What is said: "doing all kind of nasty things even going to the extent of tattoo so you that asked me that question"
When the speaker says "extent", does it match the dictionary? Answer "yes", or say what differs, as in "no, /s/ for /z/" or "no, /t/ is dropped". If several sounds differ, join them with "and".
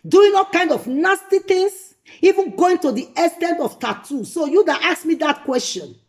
no, /k/ is dropped